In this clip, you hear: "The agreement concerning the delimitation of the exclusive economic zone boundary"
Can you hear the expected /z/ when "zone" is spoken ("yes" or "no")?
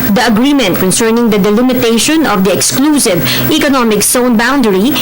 no